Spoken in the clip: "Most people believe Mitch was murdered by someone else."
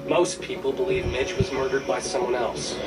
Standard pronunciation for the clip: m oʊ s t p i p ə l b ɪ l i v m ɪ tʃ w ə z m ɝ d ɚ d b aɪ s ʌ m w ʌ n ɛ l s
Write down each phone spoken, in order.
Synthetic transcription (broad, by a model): m oʊ s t p i p l b ɪ l i v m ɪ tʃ w ə z m ɝ d ɚ d b aɪ s ʌ m w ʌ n ɛ l s